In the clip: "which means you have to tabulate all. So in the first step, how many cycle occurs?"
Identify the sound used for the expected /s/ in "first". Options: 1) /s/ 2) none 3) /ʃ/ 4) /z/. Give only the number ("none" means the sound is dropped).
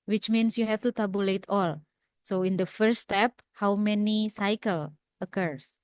2